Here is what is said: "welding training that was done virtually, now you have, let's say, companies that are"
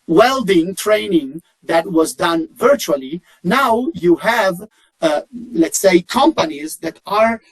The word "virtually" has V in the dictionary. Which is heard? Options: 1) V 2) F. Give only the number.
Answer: 1